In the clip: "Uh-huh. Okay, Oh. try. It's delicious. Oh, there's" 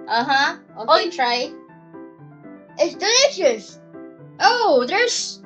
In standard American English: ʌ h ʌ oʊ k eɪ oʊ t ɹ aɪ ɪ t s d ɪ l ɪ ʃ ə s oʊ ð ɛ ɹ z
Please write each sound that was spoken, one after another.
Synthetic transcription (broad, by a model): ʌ h ʌ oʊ ɔ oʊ t ɹ aɪ ɪ t s d ɪ l ɪ ʃ ə s oʊ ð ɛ ɹ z